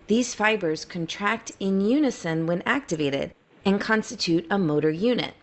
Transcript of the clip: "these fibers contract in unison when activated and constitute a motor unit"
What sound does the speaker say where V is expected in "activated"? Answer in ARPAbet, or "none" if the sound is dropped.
V